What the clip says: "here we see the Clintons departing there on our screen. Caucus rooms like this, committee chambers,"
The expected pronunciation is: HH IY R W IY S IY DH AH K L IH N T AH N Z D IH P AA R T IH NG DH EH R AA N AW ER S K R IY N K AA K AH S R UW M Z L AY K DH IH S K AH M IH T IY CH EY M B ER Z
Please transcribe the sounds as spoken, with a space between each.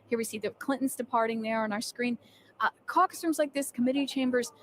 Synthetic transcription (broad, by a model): HH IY R W IY S IY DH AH K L IH N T N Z D IH P AA R T IH NG DH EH R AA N AW ER S K R IY N K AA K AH R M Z L AY K DH IH S K AH M IH T IY CH EY M B ER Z